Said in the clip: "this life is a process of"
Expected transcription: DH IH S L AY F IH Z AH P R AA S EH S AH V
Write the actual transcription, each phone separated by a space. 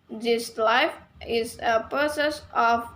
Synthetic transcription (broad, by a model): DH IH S L AY F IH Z AH P AA S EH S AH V